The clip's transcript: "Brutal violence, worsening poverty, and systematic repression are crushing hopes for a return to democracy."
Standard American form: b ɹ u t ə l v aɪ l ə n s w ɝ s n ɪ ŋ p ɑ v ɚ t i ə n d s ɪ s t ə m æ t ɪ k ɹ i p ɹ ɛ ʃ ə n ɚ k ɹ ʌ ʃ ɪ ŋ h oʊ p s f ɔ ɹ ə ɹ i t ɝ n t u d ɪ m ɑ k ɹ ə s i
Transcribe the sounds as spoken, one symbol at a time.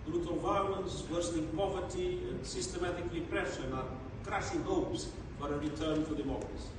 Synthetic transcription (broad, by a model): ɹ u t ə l v aɪ l ə n s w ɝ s l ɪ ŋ p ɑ v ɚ t i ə n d s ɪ s t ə m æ t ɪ k ɹ i p ɹ ɛ ʃ ə n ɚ k ɹ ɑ s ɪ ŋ h oʊ p s f ɔ ɹ ə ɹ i t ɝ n t u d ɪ m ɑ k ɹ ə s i